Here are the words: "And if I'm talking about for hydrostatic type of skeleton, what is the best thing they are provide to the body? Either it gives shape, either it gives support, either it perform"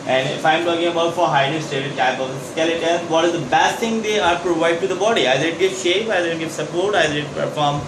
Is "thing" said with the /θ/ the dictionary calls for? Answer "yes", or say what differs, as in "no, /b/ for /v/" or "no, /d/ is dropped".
no, /t/ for /θ/